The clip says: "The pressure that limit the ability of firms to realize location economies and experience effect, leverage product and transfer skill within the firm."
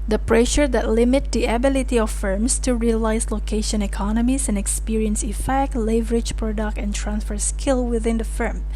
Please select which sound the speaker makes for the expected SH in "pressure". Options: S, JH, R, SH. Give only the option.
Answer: SH